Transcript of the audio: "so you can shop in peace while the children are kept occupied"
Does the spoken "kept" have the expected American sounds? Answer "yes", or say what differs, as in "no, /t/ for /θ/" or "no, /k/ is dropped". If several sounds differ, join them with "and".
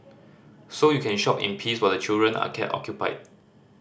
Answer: no, /p/ is dropped